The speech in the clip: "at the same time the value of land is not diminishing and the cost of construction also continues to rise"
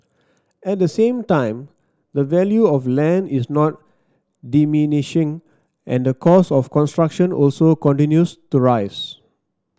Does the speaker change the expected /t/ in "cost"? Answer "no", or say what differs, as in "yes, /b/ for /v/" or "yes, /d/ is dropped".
yes, /t/ is dropped